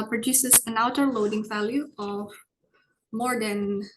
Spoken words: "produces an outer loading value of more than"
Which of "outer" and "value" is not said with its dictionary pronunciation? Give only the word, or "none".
none